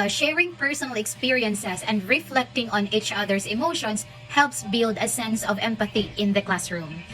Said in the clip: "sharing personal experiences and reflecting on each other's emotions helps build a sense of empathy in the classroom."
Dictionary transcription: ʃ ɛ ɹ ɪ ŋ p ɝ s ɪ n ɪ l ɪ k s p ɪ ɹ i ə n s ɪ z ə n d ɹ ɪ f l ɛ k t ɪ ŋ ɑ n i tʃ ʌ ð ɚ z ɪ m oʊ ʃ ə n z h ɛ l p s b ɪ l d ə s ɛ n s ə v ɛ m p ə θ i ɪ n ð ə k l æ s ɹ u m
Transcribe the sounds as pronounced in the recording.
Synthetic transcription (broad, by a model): ʃ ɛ ɹ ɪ ŋ p ɝ s ɪ n ɪ l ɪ k s p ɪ ɹ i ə n s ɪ s ə n d ɹ ɪ f l ɛ k t ɪ ŋ ɑ n i tʃ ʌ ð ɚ s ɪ m oʊ ʃ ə n s h ɛ l p s b ɪ l d ə s ɛ n s ə v ɛ m p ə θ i ɪ n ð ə k l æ s ɹ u m